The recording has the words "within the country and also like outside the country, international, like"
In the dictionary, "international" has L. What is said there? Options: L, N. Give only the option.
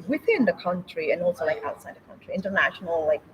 L